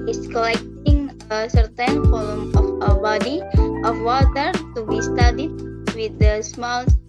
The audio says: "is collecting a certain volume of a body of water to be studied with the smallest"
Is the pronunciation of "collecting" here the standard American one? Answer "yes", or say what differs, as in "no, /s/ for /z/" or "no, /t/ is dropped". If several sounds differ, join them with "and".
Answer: yes